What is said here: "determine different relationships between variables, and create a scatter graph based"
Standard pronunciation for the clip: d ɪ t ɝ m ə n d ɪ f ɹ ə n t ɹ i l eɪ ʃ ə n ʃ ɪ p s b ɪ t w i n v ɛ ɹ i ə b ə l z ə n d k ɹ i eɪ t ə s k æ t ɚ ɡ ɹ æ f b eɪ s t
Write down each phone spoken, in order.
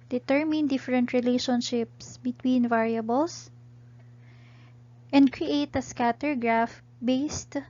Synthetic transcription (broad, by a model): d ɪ t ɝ m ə n d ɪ f ɹ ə n t ɹ i l eɪ ʃ ə n ʃ ɪ p s b ɪ t w i n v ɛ ɹ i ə b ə l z ə n d k ɹ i eɪ t ə s k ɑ t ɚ ɡ ɹ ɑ f b eɪ s t